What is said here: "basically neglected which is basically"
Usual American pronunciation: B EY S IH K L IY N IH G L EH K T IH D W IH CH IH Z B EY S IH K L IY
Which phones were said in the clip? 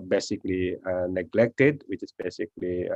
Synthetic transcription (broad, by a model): B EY S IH K L IY N IH G L EH K T IH D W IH CH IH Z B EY S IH K L IY